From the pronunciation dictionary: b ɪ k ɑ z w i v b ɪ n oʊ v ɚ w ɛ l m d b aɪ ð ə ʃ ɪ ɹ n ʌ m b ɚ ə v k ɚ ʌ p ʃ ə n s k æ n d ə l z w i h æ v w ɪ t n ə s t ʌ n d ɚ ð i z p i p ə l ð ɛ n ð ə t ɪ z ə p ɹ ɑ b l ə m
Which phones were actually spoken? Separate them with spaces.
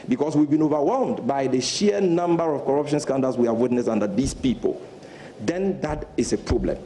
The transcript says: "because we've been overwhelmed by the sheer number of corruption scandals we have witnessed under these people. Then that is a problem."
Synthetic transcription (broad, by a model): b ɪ k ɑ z w i v b ɪ n oʊ v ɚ w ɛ l m d b aɪ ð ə ʃ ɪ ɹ n ʌ m b ɚ ə v k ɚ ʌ p ʃ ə n s k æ n d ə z w i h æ v w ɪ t n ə s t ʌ n d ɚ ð i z p i p ə l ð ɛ n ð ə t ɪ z ə p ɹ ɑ b l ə m